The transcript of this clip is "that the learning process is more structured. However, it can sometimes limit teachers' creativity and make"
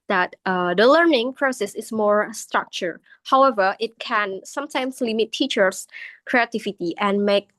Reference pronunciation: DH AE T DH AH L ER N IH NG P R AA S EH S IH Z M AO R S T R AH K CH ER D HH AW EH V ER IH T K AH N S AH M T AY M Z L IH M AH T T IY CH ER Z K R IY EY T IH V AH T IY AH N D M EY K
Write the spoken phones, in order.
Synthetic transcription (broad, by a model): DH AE T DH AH L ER N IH NG P R AA S EH S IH S M AO R S T R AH K CH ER HH AW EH V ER IH T K AH N S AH M T AY M S L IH M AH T T IY CH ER S K R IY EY T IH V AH T IY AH N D M EY K